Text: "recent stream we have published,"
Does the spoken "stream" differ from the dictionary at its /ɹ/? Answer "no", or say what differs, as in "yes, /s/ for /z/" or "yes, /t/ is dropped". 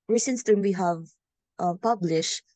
yes, /ɹ/ is dropped